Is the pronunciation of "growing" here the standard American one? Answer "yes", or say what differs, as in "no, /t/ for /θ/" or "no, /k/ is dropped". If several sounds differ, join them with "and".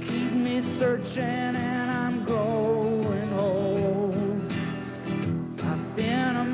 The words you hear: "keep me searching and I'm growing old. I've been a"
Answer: no, /ɹ/ is dropped